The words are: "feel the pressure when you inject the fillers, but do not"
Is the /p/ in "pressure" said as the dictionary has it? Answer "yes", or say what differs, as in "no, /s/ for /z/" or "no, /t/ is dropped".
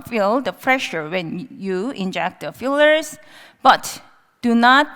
no, /f/ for /p/